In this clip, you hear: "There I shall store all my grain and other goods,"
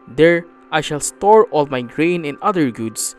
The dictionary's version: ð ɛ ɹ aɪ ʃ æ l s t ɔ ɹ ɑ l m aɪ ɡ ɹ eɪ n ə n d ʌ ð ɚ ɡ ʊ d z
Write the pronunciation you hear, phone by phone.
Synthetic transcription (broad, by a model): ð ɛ ɹ aɪ ʃ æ l s t ɔ ɹ ɑ l m aɪ ɡ ɹ eɪ n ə n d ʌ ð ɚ ɡ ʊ d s